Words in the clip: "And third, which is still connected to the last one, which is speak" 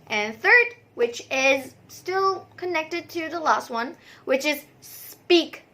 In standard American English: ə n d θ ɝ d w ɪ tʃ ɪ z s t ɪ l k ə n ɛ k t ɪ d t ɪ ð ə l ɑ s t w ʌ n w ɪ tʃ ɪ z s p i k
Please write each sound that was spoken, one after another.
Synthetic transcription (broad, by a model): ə n θ ɝ d w ɪ tʃ ɪ z s t ɪ l k ə n ɛ k t ɪ d t ɪ ð ə l ɑ s t w ʌ n w ɪ tʃ ɪ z s p i k